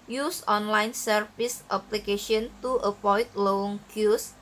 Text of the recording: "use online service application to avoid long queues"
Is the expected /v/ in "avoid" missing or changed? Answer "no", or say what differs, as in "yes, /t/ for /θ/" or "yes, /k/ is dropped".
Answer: yes, /p/ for /v/